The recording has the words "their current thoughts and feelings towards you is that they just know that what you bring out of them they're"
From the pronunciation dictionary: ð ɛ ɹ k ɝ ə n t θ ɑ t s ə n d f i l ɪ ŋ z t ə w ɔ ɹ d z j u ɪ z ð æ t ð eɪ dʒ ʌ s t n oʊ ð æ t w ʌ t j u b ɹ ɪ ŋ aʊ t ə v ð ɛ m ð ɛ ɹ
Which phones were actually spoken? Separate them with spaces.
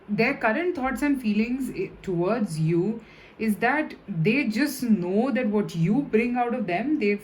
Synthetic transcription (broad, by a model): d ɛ ɹ k ɝ ə n t t ɑ t s ə n d f i l ɪ ŋ z t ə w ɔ ɹ d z j u ɪ z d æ t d eɪ dʒ ʌ s t n oʊ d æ t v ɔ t j u b ɹ ɪ ŋ aʊ t ə v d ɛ m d ɛ